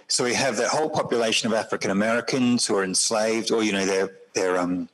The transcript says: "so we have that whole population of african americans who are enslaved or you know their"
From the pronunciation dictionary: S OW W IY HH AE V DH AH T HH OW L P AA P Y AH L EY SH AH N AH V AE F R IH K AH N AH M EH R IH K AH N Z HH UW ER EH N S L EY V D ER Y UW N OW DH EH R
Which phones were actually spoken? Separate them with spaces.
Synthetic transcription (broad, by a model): S OW W IY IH V DH AH T HH OW L P AA P Y AH L EY SH AH N AH V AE F R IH K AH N AH M EH R IH K AH N Z HH UW ER EH N S L EY V D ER Y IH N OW DH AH R